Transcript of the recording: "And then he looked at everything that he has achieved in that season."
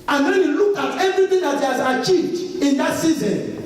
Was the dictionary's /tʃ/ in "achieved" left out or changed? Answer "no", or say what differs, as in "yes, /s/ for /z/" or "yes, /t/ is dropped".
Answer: no